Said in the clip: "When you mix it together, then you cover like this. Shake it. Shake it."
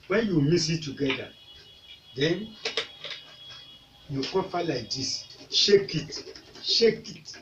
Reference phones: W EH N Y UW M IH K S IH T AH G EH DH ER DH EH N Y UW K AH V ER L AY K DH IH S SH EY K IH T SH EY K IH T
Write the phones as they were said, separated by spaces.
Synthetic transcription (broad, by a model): W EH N Y UW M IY S IH T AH G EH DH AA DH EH N Y UW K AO P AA L AY K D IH S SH EY K IH T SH EY K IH T